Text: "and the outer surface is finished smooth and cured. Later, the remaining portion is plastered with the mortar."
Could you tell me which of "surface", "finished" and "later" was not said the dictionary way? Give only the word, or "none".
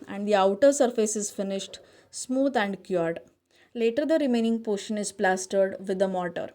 none